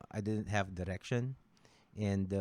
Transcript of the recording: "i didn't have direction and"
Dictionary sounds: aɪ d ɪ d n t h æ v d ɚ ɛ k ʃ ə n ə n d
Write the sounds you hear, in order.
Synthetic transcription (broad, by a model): aɪ d ɪ d n t h æ v d ɚ ɛ k ʃ ə n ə n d